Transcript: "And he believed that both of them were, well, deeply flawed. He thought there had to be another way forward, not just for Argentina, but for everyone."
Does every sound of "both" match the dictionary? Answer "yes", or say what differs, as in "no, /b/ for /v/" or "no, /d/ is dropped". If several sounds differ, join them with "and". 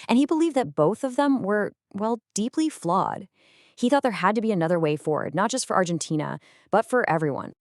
yes